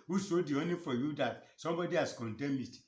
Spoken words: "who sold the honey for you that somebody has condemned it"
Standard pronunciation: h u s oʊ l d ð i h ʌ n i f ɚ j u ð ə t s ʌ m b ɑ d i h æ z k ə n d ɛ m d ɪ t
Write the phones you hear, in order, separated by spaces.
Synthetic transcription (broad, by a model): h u s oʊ d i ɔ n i f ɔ j u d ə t s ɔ m b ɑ d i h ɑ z k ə n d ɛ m ɪ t